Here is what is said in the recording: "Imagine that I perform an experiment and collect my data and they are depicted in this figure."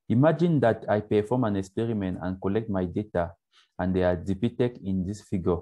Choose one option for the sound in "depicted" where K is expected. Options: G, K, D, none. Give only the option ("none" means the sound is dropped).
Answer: none